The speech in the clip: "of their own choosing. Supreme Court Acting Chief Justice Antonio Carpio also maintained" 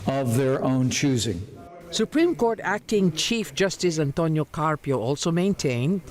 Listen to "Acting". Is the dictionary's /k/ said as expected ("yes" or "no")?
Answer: yes